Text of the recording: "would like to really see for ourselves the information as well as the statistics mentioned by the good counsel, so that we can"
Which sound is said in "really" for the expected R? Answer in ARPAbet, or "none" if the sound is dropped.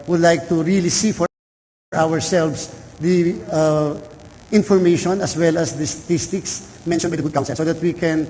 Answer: R